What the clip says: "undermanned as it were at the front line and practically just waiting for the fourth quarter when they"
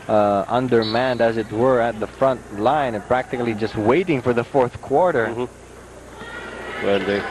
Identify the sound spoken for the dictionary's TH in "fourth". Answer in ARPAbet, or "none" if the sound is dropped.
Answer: TH